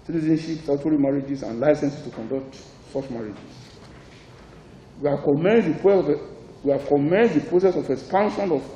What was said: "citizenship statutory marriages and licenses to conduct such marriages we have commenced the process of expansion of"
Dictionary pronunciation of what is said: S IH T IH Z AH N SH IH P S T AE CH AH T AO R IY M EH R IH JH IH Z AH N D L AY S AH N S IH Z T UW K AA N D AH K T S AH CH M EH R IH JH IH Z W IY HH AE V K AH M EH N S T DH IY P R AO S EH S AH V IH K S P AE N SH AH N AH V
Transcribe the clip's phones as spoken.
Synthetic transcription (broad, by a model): S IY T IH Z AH N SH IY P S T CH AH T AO R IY M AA R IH JH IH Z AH N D L AY S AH N S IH S T UW K AA N D AH K T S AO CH M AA R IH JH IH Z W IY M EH W K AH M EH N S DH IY P R AO S EH S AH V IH K S P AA N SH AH N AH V